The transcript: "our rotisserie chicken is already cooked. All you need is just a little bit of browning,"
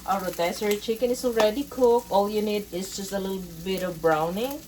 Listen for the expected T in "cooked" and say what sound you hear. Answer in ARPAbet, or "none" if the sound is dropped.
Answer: none